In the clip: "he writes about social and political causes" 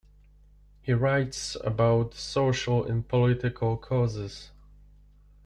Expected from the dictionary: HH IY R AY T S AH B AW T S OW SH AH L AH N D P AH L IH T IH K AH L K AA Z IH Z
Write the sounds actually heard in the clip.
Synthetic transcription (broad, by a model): HH IY R AY T S AH B AW T S OW SH AH L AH N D P AH L IH T IH K AH L K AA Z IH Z